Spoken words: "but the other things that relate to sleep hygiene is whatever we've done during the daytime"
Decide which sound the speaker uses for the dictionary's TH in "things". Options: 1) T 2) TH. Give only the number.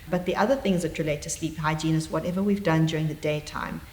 2